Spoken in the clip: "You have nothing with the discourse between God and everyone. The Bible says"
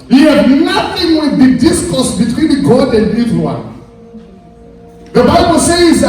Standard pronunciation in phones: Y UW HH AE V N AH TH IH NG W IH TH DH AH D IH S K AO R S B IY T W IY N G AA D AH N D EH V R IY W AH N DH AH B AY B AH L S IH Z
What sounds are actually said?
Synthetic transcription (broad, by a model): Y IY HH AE B N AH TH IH NG W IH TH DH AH D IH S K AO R S B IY T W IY N G AA D AH N D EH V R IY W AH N DH AH B AY B AH L S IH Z